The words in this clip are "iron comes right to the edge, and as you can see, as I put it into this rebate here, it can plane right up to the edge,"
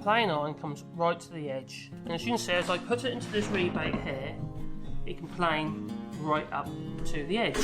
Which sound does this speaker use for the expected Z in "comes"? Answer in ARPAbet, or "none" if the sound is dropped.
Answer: Z